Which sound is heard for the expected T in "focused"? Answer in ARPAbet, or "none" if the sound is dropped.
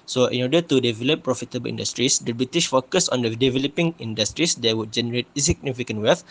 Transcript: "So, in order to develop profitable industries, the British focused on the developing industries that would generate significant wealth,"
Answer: none